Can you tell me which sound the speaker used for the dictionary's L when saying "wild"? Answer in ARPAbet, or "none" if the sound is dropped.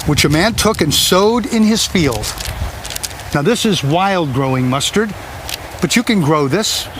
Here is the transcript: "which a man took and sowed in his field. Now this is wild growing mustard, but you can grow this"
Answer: L